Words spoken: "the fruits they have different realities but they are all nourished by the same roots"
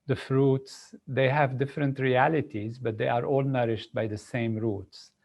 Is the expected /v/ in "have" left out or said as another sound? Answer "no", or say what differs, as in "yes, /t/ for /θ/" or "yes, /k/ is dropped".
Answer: no